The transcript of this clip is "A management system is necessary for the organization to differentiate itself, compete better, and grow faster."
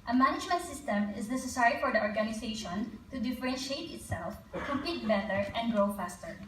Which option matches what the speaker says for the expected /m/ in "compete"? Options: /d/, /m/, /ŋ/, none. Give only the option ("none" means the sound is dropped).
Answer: none